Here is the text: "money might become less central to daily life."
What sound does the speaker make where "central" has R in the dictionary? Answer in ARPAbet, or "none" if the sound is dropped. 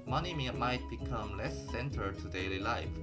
none